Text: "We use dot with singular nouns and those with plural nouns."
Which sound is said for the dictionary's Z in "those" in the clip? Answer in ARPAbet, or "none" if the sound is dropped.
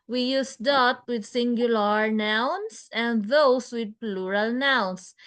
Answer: S